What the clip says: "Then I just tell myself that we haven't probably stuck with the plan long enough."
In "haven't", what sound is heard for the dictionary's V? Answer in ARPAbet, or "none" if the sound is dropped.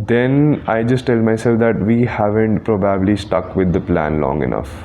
V